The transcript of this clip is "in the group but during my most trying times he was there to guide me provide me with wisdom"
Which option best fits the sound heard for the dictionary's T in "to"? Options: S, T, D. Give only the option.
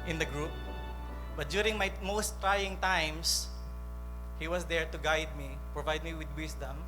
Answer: T